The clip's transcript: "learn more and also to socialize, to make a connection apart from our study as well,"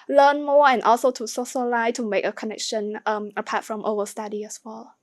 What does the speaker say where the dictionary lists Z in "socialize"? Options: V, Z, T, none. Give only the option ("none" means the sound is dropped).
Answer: none